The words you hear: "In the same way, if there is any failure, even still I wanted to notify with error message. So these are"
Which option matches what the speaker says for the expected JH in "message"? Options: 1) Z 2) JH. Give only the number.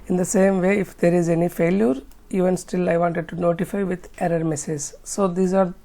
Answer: 1